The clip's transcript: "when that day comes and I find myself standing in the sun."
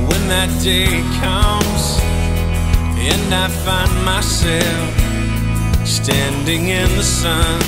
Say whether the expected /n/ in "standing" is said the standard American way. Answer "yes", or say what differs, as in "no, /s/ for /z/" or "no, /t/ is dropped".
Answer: yes